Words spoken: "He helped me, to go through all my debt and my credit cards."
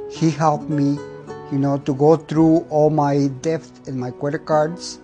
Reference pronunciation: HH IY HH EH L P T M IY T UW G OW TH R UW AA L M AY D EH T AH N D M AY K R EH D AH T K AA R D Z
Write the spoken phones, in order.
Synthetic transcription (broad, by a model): HH IY HH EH L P M IY T UW G OW T R UW AA L M AY D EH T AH N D M AY K W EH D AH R K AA R D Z